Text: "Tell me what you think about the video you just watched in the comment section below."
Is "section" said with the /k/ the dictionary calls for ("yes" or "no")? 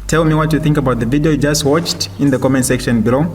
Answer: yes